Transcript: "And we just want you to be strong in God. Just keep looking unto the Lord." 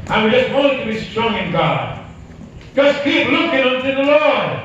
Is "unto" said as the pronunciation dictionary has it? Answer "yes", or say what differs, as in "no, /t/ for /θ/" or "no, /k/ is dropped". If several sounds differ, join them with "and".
yes